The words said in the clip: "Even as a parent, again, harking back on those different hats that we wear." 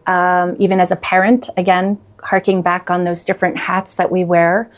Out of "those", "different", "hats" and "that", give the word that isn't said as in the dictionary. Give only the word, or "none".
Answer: none